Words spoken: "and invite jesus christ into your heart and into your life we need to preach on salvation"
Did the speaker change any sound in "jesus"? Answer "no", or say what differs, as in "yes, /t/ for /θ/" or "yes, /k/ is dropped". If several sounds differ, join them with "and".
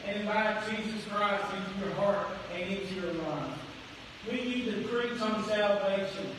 no